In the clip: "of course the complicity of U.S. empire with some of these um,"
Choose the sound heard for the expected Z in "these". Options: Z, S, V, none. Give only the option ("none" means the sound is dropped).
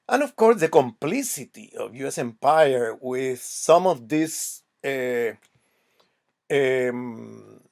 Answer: S